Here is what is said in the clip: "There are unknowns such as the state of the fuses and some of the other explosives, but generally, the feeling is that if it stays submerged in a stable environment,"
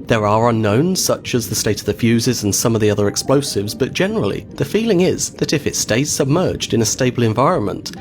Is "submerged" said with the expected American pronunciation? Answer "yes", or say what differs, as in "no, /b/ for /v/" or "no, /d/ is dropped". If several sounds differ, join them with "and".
yes